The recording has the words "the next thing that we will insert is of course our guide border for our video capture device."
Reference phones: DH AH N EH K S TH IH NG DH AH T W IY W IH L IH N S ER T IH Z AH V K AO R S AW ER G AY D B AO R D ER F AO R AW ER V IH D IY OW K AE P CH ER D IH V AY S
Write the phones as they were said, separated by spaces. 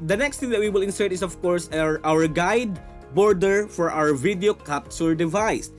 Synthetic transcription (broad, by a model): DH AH N EH K S T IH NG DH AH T W IY W IH L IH N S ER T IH S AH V K AO R S AW ER G AY D B AO R D ER F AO R AW ER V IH D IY OW K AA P S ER D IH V AY S